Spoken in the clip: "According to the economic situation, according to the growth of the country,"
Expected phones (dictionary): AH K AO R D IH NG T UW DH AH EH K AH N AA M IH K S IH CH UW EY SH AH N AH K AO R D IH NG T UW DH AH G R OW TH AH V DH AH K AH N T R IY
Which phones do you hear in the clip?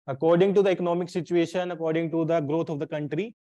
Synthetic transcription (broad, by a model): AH K AO R D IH NG T UW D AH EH K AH N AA M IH K S IH CH UW EY SH AH N AH K AO R D IH NG T UW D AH G R OW T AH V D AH K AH N T R IY